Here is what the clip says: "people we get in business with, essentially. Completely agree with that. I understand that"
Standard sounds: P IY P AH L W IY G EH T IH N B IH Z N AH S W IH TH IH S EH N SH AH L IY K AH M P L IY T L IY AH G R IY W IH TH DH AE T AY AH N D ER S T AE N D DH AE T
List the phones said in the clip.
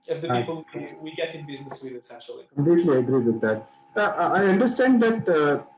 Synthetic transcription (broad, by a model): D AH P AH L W IY G EH T IH N B IH Z N AH S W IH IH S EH SH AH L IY K AH M P L IY T L IY AH G R IY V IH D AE T AY AH N D ER S T AE N D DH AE T